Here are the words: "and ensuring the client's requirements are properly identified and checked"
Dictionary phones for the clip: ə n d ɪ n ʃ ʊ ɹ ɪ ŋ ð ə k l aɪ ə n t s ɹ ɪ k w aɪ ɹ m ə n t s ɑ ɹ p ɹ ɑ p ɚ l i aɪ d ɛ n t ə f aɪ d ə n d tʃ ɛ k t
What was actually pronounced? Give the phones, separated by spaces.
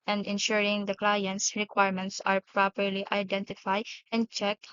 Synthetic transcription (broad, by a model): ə n d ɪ n ʃ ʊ ɹ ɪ ŋ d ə k l aɪ ə n t s ɹ ɪ k w aɪ ɹ m ə n t s ɑ ɹ p ɹ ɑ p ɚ l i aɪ d ɛ n t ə f aɪ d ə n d tʃ ɛ k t